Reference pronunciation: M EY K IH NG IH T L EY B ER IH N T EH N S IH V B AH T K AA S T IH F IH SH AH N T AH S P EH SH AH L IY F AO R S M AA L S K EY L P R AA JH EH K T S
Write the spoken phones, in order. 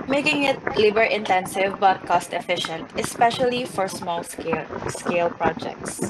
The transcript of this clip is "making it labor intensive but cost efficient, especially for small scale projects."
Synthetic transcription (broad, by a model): M EY K IH NG IH T L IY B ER IH N T EH N S IH V B AH T K AA S T IH F IH SH AH N T AH S P EH SH AH L IY F AO R S M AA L S K EY L P R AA JH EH K T S